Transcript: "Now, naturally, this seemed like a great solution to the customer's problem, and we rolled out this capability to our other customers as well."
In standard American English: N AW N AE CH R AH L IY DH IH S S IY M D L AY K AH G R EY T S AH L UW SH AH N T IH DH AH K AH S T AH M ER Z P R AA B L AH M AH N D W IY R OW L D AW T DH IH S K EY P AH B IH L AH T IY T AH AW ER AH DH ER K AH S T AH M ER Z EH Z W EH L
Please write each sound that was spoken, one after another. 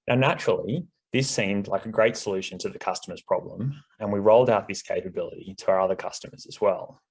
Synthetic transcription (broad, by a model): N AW N AE CH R L IY DH IH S S IY M D L AY K AH G R EY T S AH L UW SH AH N T IH DH AH K AH S T AH M ER Z P R AA B L AH M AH N W IY R OW L D AW T DH IH S K EY P AH B IH L AH T IY T AH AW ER AH DH ER K AH S T AH M ER Z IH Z W EH L